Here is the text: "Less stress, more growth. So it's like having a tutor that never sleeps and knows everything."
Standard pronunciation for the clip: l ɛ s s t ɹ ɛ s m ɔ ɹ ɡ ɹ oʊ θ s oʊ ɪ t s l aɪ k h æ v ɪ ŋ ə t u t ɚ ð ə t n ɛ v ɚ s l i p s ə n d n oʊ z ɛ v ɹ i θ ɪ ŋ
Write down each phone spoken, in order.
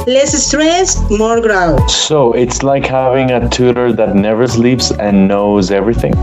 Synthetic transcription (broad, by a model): l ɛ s s t ɹ ɛ s m ɔ ɹ ɡ ɹ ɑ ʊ s oʊ ɪ t s l aɪ k h æ v ɪ ŋ ə t u t ɚ ð ə t n ɛ v ɚ s l i p s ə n n oʊ z ɛ v ɹ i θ ɪ ŋ